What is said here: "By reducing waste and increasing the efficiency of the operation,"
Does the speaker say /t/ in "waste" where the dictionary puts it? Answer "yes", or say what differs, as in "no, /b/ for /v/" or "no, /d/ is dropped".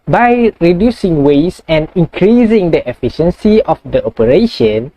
no, /t/ is dropped